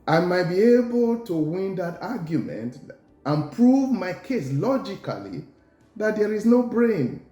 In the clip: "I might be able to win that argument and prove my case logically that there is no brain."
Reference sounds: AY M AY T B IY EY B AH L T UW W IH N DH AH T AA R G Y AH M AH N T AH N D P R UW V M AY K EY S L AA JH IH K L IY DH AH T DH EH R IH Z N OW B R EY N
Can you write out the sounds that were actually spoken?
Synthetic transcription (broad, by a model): AY M AY T B IY EY B AH L T UW W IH N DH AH T AA G Y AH M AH N T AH N P R UW V M AY K EY S L AA JH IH K L IY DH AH T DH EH R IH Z N OW B R EY N